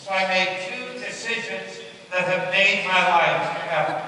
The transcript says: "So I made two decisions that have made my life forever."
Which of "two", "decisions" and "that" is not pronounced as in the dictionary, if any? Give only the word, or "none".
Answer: none